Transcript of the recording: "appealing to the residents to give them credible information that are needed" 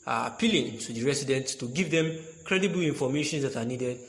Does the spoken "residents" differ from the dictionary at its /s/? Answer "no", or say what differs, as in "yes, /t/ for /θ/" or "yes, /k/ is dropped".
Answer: yes, /s/ is dropped